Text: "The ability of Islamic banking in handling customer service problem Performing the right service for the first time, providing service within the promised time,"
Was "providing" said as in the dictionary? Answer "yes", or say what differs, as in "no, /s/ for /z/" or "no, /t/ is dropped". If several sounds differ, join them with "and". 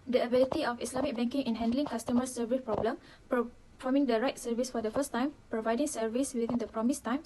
yes